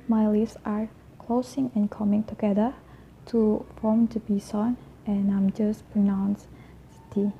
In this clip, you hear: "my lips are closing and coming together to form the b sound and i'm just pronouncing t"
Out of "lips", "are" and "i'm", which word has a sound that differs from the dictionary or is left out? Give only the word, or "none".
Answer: lips